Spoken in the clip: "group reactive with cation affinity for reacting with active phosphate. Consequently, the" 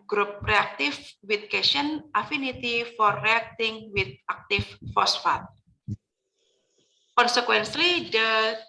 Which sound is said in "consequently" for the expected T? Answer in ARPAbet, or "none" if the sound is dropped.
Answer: S